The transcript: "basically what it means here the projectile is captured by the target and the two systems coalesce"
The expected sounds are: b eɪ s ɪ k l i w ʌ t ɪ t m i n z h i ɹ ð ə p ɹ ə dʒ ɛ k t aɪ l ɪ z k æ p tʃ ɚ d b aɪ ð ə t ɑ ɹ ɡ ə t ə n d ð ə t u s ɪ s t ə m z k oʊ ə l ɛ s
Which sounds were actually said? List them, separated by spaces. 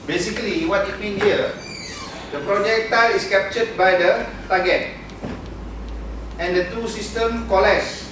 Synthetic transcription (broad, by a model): b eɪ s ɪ k l i w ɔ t ɪ t m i n h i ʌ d ə p ɹ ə dʒ ɛ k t aɪ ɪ s k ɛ p tʃ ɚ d b aɪ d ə t ɑ ɡ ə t ə n d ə t u s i s t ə m k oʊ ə l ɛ s